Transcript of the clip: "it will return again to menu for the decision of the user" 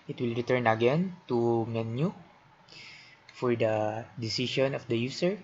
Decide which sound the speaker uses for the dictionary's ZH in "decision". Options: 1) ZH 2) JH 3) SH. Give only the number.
3